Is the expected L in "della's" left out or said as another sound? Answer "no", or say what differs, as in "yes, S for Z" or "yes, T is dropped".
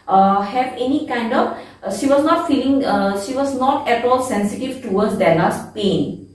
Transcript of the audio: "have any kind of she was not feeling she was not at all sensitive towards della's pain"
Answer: yes, N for L